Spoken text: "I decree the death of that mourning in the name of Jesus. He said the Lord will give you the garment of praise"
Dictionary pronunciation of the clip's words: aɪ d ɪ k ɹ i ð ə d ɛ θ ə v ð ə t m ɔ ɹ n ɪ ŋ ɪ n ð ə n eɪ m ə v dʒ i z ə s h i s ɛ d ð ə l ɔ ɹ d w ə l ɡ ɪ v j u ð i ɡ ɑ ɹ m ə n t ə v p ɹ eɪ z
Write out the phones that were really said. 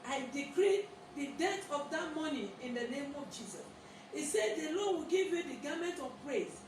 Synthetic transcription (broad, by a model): aɪ d ɪ k ɹ i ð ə d ɛ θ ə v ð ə t m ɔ n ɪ ɪ n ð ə n eɪ m ə v dʒ i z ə s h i s ɛ d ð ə l ɔ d w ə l ɡ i v j u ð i ɡ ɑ m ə n t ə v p ɹ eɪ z